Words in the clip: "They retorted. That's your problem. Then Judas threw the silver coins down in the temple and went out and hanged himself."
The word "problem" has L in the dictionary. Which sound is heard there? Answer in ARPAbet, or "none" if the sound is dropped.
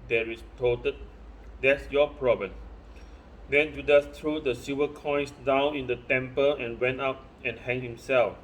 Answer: none